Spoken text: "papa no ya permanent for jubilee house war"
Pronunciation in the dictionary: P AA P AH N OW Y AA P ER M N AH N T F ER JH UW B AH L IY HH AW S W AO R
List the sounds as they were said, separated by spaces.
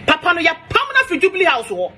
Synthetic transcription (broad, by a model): P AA P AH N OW Y AA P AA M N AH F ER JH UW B L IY HH AW S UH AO